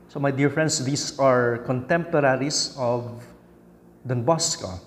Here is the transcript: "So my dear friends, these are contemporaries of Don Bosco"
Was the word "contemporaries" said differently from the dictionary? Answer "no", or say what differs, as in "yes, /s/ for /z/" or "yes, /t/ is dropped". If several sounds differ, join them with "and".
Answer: yes, /s/ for /z/